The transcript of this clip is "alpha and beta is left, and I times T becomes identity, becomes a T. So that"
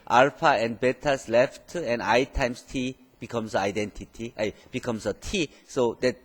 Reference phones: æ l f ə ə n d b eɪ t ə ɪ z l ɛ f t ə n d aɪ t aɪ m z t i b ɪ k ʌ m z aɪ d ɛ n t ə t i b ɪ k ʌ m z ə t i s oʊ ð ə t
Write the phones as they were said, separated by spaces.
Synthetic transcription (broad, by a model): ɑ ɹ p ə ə n b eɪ t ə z l ɛ f t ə n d aɪ t aɪ m s t i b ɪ k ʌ m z aɪ d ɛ n t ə t i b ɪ k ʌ m s ə t i s oʊ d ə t